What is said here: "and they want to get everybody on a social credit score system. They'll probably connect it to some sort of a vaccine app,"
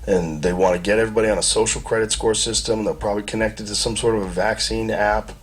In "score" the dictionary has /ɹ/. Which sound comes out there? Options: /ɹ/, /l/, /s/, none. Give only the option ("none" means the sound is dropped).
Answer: /ɹ/